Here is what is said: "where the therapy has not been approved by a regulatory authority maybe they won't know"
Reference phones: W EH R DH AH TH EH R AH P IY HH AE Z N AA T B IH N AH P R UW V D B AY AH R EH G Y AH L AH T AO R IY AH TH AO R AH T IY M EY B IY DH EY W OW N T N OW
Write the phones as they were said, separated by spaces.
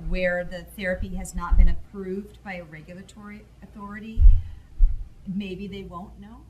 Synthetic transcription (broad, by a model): W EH R DH AH TH EH R AH P IY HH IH Z N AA T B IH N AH P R UW V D B AY AH R EH G Y L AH T AO R IY AH TH AO R AH T IY M EY B IY DH EY W OW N N OW